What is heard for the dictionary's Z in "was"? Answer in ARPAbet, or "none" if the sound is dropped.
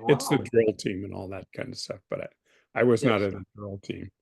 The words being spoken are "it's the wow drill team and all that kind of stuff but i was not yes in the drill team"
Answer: Z